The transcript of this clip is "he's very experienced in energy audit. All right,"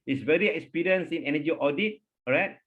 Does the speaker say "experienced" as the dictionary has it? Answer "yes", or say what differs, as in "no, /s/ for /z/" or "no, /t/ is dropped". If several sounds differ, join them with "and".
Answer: no, /t/ is dropped